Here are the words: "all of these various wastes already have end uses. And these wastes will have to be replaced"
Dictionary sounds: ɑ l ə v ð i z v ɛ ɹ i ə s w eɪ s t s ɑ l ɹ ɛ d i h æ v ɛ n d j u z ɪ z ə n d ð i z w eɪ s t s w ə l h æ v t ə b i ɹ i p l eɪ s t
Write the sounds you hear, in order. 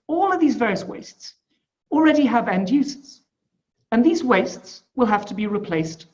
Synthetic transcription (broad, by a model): ɑ l ə v ð i z v ɛ ɹ i ə s w eɪ s t s l ɹ ɛ d i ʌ v ɛ n d j u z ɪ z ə n ð i z w eɪ s t s w ə l h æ f t ə b i ɹ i p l eɪ s t